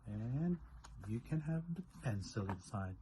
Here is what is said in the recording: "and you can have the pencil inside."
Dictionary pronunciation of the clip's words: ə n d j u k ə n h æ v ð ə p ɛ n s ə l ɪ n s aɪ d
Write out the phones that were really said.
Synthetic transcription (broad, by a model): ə n j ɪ k ə n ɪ v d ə f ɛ n s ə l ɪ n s aɪ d